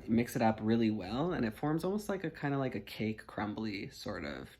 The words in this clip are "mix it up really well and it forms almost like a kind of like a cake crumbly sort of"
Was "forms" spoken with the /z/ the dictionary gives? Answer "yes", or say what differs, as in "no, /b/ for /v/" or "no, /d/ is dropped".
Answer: yes